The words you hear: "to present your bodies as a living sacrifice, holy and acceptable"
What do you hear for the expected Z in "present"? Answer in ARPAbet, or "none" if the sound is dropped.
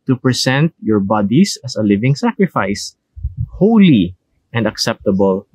S